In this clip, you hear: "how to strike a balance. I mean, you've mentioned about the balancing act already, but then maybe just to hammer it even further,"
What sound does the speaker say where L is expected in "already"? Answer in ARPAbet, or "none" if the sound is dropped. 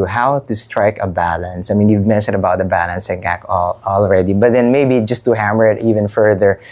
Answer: L